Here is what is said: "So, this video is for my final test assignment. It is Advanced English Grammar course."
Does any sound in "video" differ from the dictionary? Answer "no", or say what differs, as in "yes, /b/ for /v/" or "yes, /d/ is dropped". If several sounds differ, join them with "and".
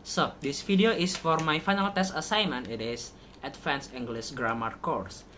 yes, /f/ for /v/